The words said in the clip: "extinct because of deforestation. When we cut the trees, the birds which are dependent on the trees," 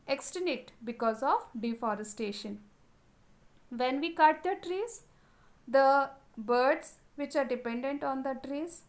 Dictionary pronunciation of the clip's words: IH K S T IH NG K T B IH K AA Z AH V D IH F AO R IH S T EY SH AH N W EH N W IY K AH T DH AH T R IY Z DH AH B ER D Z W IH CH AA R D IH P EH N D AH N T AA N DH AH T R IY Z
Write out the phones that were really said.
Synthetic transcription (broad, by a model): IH K S T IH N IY T B IH K AA Z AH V D IH F AO R IH S T EY SH AH N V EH N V IY K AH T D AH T R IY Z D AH B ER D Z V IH CH AA R D IH P EH N D AH N T AA N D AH T R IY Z